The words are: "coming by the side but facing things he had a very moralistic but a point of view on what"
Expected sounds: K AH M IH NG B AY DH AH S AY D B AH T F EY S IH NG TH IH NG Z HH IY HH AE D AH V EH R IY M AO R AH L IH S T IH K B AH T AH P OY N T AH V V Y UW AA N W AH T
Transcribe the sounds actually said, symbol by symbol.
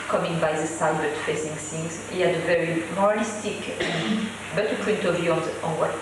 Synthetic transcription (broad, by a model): K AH M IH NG B AY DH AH S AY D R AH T F EY S IH NG S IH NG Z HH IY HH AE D AH V EH R IY M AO R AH L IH S T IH K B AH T AH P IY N T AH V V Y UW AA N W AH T